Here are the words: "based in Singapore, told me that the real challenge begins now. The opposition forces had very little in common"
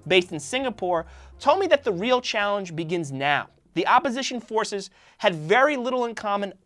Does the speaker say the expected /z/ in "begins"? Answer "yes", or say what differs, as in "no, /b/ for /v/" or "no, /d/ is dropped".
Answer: yes